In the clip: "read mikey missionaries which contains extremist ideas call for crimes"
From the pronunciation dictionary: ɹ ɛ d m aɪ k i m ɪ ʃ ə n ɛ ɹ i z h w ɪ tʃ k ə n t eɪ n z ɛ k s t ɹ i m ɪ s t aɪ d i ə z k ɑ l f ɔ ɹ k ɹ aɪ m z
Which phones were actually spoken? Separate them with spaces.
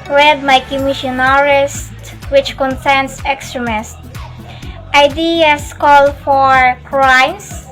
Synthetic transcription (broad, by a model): ɹ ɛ d m aɪ k i m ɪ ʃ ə n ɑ ɹ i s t w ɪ tʃ k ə n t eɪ n s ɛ k s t ɹ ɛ m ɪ s t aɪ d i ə s k ɑ l f ɔ ɹ k ɹ aɪ m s